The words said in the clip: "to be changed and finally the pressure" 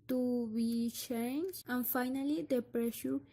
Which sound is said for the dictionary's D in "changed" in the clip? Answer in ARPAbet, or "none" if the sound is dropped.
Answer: none